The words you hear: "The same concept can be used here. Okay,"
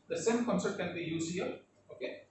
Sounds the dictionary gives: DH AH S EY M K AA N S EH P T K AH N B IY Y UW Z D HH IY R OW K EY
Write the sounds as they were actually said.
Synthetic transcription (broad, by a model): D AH S EY M K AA N S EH T K AH N B IY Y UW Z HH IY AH OW K EY